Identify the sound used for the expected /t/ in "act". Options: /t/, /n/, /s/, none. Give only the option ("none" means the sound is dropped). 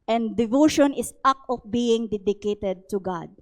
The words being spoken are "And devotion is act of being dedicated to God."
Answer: none